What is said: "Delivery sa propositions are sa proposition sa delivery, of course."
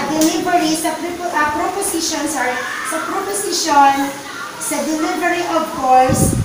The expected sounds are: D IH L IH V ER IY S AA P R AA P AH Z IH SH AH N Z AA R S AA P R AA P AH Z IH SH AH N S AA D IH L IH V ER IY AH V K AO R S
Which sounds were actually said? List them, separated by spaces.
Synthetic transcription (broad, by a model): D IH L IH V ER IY S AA P R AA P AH S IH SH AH N S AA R S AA P R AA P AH S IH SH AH N S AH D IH L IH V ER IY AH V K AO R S